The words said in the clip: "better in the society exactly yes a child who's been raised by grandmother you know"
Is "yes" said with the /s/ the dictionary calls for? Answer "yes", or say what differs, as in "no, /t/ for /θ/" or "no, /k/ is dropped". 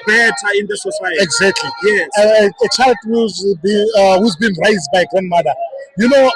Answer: no, /s/ is dropped